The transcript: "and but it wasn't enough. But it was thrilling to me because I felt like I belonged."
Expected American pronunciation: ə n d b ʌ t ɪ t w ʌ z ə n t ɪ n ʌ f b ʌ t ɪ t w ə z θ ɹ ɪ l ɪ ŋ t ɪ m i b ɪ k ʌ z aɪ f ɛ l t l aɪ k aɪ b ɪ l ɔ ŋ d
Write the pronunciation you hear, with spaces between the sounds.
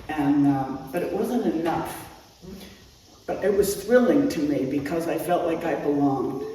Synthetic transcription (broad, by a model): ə n b ʌ t ɪ t w ʌ z ə n t ɪ n ʌ f b ʌ t ɪ t w ə z θ ɹ ɪ l ɪ ŋ t ɪ m i b ɪ k ʌ z aɪ f ɛ l t l aɪ k aɪ b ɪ l ɔ ŋ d